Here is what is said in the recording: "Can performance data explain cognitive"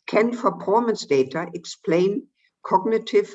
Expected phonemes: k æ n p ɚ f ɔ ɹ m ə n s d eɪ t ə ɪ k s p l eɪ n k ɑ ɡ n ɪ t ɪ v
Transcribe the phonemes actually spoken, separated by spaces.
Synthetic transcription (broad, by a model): k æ n f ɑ p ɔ m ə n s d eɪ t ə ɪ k s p l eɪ n k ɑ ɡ n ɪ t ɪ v